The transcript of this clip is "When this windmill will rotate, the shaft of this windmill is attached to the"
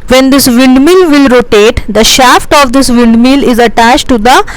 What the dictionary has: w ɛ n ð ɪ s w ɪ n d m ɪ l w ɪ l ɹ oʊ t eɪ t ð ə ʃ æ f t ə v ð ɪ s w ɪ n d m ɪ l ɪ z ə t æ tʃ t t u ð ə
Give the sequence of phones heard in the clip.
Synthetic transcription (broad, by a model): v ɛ n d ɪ s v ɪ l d m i l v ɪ l ɹ oʊ t eɪ t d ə ʃ æ f t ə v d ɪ s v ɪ l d m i l ɪ z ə t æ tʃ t t u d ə